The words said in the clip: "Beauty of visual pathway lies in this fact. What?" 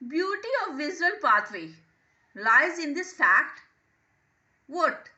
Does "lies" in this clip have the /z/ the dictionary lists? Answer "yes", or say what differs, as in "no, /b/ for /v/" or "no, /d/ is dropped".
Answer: yes